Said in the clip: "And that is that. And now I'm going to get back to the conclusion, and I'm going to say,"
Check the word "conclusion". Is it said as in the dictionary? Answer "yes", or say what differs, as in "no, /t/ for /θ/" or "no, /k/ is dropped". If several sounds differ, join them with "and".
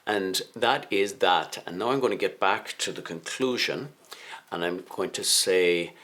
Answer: yes